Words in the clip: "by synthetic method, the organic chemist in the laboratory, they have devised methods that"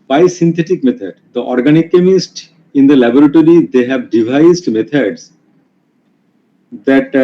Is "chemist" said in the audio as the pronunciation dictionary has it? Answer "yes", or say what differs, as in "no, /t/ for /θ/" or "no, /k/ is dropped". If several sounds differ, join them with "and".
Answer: yes